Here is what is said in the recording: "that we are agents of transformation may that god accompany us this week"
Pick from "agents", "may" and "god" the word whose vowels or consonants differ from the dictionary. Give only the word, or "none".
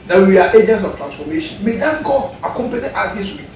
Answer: god